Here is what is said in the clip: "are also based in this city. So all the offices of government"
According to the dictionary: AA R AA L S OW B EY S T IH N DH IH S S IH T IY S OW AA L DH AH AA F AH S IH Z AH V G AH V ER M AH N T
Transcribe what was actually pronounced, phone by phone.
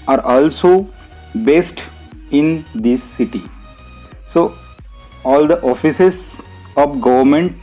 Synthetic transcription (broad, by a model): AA R AA L S OW B EY S T IH N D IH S S IH T IY S OW AA L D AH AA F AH S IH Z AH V G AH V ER M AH N T